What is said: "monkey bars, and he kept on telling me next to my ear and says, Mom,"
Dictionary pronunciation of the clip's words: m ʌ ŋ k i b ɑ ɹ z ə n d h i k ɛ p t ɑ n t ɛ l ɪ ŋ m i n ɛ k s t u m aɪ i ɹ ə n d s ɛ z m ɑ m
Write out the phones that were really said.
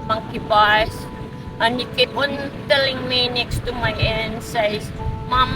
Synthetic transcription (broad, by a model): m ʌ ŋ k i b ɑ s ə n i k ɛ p ɑ n t ɛ l ɪ ŋ m i n ɛ k s t u m aɪ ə n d s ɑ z m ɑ m